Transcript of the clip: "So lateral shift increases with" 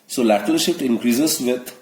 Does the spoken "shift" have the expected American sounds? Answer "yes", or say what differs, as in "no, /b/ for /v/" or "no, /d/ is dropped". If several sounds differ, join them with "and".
no, /f/ is dropped